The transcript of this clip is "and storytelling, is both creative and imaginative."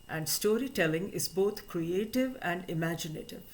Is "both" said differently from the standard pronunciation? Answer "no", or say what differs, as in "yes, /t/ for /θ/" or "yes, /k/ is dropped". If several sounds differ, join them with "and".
yes, /t/ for /θ/